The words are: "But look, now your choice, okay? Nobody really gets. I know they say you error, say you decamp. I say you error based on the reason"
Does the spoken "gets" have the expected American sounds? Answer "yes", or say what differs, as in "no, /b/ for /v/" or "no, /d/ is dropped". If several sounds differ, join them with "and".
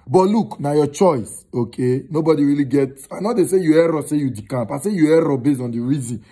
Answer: no, /s/ is dropped